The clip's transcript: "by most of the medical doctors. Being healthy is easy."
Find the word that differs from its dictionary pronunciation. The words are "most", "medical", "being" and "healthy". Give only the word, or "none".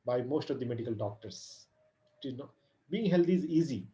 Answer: healthy